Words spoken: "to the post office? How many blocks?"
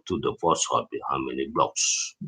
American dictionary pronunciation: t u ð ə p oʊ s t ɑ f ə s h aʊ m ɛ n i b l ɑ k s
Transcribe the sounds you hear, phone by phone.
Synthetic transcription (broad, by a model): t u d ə f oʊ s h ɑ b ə h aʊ m ɛ n i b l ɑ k s